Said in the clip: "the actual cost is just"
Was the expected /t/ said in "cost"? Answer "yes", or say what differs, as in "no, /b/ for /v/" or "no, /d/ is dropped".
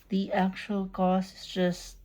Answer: no, /t/ is dropped